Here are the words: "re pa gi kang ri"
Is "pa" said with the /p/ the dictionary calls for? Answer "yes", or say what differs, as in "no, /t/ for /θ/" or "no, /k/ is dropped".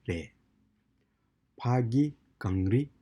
yes